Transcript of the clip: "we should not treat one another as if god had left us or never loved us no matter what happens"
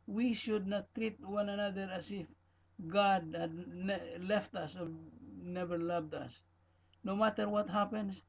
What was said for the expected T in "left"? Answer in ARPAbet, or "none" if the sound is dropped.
T